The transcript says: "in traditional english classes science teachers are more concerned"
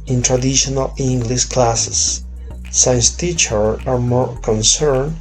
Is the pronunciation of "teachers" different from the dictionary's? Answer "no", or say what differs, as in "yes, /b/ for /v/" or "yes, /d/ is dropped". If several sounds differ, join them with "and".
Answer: yes, /z/ is dropped